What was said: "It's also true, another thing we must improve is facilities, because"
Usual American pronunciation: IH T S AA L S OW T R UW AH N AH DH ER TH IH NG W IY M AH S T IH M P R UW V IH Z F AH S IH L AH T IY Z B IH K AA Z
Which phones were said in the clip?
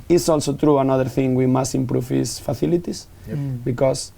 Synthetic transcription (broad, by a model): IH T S AA L S OW T R UW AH N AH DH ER TH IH NG W IY M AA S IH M P R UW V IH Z F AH TH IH L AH T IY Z B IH K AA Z